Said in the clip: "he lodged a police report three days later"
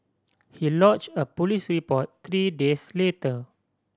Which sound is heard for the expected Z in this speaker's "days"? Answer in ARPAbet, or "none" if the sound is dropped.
S